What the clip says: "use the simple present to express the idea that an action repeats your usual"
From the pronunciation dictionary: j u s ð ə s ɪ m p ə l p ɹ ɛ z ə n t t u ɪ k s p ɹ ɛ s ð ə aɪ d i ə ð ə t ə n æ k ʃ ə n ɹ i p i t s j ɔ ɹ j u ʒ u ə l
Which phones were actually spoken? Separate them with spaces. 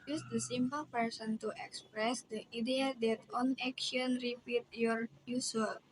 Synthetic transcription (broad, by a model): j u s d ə s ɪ m p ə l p ɛ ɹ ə n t t u ɪ k s p ɹ ɛ s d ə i d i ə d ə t ə n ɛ k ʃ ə n ɹ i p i t j ɔ ɹ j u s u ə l